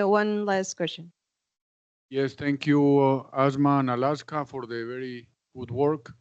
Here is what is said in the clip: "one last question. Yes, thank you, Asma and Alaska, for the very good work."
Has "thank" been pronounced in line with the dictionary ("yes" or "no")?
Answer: no